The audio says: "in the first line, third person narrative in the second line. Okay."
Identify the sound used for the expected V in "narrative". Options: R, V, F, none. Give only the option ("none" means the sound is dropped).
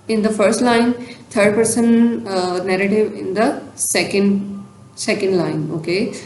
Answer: V